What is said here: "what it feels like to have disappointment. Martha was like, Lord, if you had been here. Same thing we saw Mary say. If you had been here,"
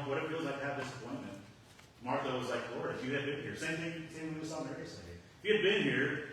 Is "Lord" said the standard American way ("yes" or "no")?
no